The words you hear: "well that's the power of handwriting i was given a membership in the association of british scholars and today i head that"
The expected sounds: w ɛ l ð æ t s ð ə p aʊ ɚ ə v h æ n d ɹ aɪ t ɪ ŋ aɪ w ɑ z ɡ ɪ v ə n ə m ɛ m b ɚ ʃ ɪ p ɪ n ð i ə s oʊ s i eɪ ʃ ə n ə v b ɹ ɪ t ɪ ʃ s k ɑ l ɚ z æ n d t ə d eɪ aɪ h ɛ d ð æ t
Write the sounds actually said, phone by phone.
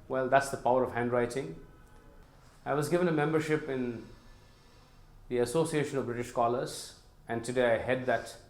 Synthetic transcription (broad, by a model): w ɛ l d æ t s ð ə p aʊ ɚ ə v h æ n d ɹ aɪ t ɪ ŋ aɪ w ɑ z ɡ ɪ v ə n ə m ɛ m b ɚ ʃ ɪ p ɪ n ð i ə s oʊ s i eɪ ʃ ə n ə v b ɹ ɪ t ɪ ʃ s k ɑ l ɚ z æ n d t ə d eɪ aɪ h ɛ d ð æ t